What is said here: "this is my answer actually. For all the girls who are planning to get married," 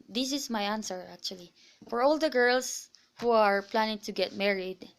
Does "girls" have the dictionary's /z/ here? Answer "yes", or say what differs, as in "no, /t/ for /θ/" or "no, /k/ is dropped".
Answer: no, /s/ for /z/